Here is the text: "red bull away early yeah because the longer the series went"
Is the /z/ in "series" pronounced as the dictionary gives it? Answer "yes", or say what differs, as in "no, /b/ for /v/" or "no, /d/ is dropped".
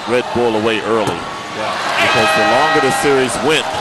yes